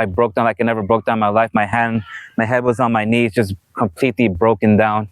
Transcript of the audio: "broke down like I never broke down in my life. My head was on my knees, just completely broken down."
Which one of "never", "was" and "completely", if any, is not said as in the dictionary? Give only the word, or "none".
none